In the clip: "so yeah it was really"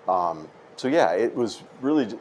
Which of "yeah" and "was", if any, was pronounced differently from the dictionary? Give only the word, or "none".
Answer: none